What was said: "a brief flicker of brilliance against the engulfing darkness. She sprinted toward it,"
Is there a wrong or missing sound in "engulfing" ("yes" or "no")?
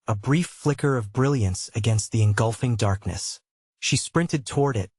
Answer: no